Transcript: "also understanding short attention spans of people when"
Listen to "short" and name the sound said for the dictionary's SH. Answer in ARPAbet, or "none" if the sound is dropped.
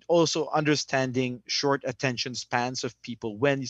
SH